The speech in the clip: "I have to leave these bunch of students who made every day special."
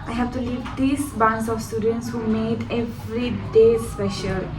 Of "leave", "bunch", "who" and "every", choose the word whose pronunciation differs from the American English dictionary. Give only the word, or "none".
bunch